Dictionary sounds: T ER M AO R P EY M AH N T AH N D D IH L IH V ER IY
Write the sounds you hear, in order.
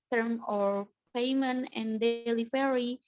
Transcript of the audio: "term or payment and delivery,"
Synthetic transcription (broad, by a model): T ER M AO R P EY M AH N AH N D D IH L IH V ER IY